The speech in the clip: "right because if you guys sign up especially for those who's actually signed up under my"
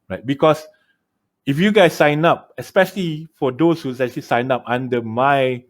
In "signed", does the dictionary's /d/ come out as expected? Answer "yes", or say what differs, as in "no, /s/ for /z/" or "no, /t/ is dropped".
no, /d/ is dropped